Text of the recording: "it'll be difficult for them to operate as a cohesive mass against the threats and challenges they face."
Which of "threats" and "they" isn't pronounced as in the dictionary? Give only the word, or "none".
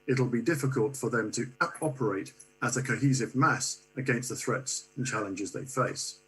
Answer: none